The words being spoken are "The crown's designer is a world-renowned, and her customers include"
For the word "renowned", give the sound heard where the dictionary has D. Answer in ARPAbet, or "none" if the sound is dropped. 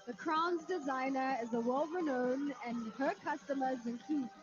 none